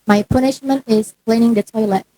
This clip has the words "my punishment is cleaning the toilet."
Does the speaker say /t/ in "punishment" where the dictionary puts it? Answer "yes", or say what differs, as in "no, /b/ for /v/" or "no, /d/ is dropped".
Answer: yes